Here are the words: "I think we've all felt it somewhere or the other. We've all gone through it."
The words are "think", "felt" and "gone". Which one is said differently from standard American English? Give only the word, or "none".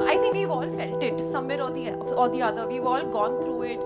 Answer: think